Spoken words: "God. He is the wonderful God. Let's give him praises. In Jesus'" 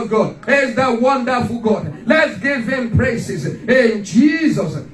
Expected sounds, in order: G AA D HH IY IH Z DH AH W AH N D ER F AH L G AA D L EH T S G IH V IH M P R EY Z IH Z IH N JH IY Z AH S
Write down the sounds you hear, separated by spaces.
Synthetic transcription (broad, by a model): G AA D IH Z DH AH W AH N D ER F AH L G AA D L EH T S G IH V IH M P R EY S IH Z IH N JH IY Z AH S